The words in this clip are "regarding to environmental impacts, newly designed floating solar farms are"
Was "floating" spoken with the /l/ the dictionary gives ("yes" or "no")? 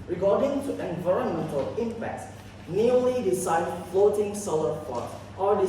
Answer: yes